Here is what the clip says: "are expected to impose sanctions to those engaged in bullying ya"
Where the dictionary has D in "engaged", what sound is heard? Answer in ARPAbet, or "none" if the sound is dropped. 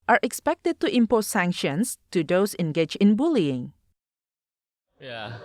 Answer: none